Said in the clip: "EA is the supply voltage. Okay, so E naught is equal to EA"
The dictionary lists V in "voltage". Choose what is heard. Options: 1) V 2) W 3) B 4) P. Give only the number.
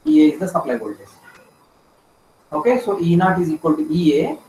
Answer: 3